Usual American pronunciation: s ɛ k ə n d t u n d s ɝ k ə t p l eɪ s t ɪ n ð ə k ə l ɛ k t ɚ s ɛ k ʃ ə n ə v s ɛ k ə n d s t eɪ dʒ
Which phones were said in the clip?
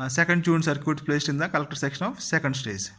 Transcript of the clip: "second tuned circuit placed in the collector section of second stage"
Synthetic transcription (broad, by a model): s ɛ k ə n d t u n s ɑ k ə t p l eɪ s t ɪ n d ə k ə l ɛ k t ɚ s ɛ k ʃ ə n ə f s ɛ k ə n d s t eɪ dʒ